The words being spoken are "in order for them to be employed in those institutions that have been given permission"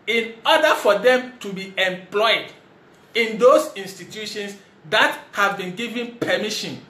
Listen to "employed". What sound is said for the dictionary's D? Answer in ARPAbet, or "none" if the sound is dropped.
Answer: D